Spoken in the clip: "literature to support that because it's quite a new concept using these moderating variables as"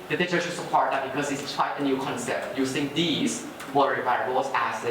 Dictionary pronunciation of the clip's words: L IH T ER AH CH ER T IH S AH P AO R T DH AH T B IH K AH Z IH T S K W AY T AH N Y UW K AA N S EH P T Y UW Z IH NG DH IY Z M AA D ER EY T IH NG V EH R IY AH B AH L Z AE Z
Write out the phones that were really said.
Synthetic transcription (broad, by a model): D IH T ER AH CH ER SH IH S AH P AO R T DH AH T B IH K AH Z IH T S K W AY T AH N Y UW K AA N S EH P T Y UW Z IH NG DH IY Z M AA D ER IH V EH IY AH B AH Z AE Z